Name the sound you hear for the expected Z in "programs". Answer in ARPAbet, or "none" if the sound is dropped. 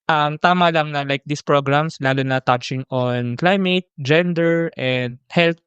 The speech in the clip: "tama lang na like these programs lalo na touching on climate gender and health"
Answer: S